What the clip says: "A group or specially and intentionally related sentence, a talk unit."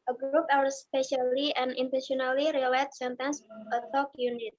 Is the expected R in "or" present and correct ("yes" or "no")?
no